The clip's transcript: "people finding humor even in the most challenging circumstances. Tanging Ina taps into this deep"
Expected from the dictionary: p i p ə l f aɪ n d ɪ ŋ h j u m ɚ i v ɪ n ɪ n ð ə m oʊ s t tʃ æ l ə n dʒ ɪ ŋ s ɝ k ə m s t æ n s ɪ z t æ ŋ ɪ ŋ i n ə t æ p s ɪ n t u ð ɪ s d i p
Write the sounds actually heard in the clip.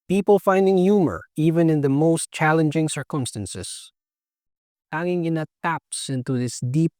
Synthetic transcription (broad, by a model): p i p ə l f aɪ n d ɪ ŋ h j u m ɚ i v ɪ n ɪ n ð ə m oʊ s t tʃ æ l ə n dʒ ɪ ŋ s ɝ k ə m s t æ n s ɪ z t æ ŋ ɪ ŋ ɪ n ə t æ p s ɪ n t u ð ɪ s d i p